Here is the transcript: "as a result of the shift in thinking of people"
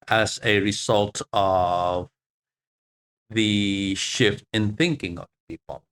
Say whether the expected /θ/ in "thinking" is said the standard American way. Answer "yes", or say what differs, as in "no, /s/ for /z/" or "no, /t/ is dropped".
yes